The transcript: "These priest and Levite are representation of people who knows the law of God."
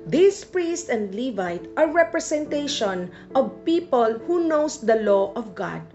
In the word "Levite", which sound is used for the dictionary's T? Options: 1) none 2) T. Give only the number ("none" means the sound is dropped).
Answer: 2